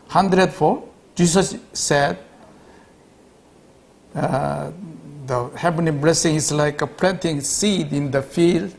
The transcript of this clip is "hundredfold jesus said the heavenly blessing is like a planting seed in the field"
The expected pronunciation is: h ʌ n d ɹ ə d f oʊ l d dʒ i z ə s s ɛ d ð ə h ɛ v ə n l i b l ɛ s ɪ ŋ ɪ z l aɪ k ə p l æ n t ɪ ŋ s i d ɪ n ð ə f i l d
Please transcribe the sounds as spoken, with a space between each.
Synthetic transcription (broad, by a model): h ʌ n d ɹ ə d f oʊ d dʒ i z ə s s ɛ d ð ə h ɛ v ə n i b l ɛ s ɪ ŋ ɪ s l aɪ k ə p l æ n t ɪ ŋ s i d ɪ n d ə f i l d